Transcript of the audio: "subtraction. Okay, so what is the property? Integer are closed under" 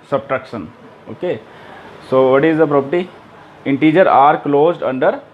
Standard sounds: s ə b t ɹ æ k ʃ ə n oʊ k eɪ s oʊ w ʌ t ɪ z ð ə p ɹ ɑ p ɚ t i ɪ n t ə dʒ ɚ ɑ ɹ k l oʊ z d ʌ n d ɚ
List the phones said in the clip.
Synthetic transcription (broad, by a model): s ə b t ɹ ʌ k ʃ ə n oʊ k eɪ s oʊ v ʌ t ɪ z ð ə p ɹ ɑ p ɚ t i ɪ n t ə dʒ ɚ ɑ ɹ k l oʊ z d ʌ n d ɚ